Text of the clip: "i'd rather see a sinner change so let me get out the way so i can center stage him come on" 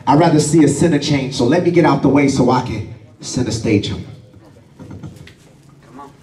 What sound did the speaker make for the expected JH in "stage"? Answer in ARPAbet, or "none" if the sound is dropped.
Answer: none